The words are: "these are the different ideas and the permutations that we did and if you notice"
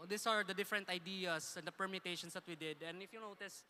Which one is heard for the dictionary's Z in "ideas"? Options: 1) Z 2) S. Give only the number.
2